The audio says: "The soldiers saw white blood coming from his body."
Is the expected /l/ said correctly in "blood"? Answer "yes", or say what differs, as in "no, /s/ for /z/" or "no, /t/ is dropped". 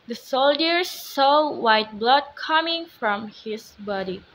yes